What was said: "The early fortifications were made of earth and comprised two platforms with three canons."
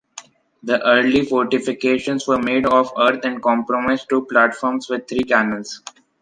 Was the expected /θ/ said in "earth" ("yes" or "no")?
no